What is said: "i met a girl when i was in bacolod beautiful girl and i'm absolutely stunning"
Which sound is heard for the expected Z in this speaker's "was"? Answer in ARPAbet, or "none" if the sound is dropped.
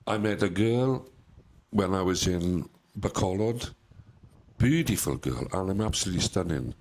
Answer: Z